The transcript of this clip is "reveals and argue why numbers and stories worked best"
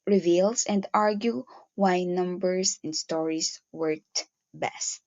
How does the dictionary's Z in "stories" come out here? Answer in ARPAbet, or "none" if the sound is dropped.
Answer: S